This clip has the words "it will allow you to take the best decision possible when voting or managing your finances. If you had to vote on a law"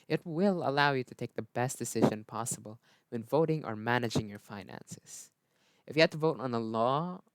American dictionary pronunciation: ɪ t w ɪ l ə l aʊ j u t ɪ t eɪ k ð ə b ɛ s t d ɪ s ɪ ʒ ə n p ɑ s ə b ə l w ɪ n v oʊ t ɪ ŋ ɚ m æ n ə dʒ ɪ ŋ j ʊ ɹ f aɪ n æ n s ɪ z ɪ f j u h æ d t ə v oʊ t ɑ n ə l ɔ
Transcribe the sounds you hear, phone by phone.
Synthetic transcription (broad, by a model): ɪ t w ɪ l ə l aʊ j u t ɪ t eɪ k ð ə b ɛ s t d ɪ s ɪ ʒ ə n p ɑ s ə b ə l w ɪ n v oʊ t ɪ ŋ ɚ m æ n ə dʒ ɪ ŋ j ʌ ɹ f aɪ n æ n s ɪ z ɪ f j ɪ h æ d t ə v oʊ t n ə l ɔ